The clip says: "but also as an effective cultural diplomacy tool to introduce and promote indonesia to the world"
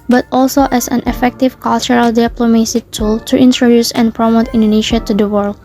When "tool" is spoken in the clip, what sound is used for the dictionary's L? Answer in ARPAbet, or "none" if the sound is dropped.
L